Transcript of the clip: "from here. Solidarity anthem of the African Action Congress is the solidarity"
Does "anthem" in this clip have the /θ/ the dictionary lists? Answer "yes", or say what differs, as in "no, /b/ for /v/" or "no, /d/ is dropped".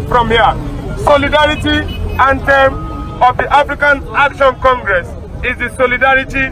no, /t/ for /θ/